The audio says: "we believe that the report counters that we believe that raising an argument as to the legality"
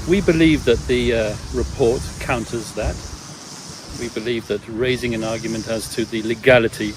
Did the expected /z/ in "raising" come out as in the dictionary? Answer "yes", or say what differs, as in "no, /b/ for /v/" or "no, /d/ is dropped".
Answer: yes